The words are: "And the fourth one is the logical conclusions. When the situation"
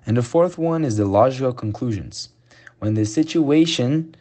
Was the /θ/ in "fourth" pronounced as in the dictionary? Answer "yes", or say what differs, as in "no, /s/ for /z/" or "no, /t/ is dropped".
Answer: yes